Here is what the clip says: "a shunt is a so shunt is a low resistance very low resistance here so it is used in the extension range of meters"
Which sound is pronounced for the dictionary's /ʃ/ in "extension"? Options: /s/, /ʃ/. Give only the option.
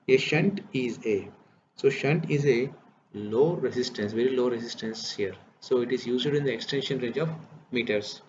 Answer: /ʃ/